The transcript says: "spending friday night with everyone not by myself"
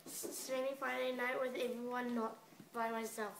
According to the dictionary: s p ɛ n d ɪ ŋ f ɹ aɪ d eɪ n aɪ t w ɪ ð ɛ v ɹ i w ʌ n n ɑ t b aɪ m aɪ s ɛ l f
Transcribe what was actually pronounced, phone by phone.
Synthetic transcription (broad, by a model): s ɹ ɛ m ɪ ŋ f aɪ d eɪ n aɪ t w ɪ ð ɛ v ɹ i w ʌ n n ɑ t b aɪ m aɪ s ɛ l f